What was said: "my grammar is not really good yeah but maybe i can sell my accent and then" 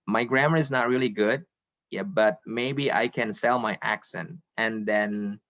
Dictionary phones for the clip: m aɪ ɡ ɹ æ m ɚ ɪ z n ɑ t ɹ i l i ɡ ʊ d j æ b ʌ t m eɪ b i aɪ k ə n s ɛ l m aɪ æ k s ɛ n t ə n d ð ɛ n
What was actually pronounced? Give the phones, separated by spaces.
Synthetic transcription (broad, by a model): m aɪ ɡ ɹ æ m ɚ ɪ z n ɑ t ɹ i l i ɡ ʊ d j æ b ʌ t m eɪ b i aɪ k ə n s ɛ l m aɪ æ k s ɛ n t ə n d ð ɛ n